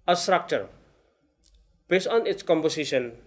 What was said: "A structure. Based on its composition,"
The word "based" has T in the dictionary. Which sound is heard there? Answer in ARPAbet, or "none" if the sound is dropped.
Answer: none